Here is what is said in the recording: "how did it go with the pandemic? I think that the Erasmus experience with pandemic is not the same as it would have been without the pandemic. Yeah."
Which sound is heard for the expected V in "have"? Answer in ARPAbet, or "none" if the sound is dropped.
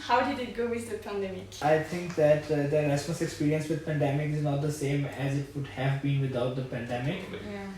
V